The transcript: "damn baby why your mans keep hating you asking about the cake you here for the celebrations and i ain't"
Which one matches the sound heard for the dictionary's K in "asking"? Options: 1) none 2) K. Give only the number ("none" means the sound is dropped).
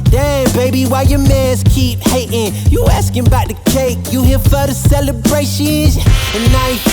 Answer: 2